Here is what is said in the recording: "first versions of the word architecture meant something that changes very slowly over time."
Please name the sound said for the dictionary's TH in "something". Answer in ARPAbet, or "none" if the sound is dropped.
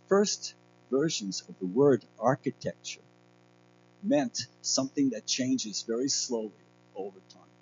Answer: TH